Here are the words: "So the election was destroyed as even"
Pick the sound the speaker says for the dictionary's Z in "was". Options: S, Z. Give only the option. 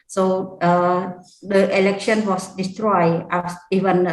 S